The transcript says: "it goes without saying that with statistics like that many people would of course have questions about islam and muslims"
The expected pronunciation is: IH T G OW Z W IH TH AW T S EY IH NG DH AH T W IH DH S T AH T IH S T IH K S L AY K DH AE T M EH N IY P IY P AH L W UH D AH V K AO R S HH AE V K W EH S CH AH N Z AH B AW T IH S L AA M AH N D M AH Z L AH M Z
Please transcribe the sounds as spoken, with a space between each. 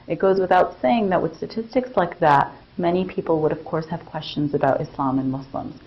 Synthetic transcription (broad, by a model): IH T G OW Z W IH TH AW T S EY IH NG DH AH T W IH DH S T AH T IH S T IH K S L AY K DH AE T M EH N IY P IY P L W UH D AH V K AO R S HH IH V K W EH S CH AH N Z AH B AW T IH S L AA M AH N M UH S L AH M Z